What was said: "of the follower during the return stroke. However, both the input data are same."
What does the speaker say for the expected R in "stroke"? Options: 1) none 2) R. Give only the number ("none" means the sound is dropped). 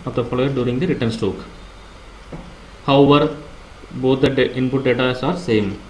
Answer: 1